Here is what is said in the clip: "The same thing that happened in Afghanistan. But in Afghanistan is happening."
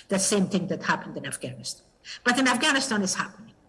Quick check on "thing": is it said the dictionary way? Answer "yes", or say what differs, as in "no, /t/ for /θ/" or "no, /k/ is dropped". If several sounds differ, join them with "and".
yes